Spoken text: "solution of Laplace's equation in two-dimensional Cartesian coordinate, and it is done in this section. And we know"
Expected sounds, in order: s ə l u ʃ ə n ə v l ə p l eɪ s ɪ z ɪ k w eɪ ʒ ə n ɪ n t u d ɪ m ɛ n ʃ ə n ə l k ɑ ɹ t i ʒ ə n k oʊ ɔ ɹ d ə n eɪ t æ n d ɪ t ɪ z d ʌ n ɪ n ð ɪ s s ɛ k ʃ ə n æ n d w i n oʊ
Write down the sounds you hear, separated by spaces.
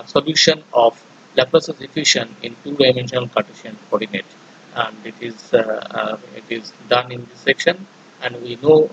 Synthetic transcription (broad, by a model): s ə l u ʃ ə n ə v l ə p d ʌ s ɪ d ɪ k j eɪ ʃ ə n ɪ n t u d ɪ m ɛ n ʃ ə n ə l k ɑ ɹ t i ʃ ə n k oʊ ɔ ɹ d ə n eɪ t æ n d ɪ t ɪ z d ʌ n ɪ n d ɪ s s ɛ k ʃ ə n æ n d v i n oʊ